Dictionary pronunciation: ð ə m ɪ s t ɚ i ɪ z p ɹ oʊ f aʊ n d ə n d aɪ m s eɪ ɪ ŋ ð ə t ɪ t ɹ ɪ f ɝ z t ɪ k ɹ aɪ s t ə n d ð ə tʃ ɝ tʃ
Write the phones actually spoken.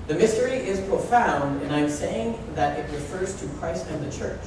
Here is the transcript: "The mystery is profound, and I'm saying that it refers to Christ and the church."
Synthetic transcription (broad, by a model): ð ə m ɪ s t ɚ i ɪ z p ɹ oʊ f aʊ n d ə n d aɪ m s eɪ ɪ ŋ ð ə t ɪ t ɹ ɪ f ɝ z t ɪ k ɹ aɪ s t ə n ð ə tʃ ɝ tʃ